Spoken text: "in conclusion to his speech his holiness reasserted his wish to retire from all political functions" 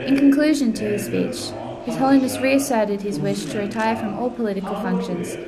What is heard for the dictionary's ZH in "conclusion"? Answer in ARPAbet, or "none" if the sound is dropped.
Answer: ZH